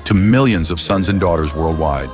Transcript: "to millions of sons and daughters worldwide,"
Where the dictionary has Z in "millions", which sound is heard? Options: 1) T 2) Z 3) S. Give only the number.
2